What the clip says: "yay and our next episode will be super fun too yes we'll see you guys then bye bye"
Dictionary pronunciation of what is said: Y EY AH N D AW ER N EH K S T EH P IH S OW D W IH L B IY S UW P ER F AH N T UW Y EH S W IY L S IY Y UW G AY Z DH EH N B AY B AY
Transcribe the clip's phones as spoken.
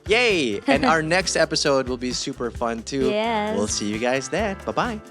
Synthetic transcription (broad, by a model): Y EY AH N AW ER N EH K S T EH P IH S OW D W IH L B IY S UW P ER F AH N T UW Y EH W IY L S IY Y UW G AY Z DH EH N B AY B AY